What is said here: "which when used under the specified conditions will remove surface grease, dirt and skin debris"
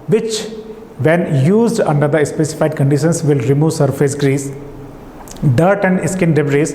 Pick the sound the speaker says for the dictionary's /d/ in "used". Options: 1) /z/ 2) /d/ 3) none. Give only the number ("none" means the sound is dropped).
2